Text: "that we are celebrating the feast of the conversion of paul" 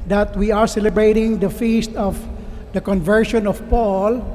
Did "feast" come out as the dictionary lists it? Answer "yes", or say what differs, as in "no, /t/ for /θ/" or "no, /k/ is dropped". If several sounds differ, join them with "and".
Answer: yes